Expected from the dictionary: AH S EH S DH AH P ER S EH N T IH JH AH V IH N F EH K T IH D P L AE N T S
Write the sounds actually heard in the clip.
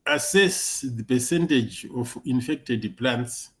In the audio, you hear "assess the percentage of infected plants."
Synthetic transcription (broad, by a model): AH S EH S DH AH P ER S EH N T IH JH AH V IH N F EH K T IH D P L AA N T S